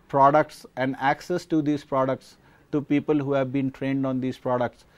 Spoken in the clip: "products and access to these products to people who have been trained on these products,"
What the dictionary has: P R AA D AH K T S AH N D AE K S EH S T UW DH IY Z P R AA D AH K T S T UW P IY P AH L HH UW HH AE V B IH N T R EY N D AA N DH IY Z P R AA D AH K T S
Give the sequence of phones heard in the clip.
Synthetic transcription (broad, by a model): P R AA D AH K T S AH N D AE K S EH S T UW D IY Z P R AA D AH K T S T UW P IY P AH L HH UW HH AE V B IH N T R EY N D AA N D IY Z P R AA D AH K T S